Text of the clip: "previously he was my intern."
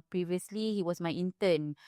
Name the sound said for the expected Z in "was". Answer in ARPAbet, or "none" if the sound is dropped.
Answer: S